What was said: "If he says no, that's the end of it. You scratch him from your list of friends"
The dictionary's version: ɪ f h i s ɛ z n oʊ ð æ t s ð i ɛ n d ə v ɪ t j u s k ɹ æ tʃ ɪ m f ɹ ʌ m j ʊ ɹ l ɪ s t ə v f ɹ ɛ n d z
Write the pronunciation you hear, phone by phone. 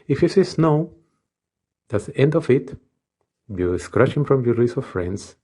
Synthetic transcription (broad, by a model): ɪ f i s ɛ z n oʊ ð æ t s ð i ɛ n d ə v ɪ t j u s k ɹ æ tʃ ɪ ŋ f ɹ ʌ m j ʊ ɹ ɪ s ə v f ɹ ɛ n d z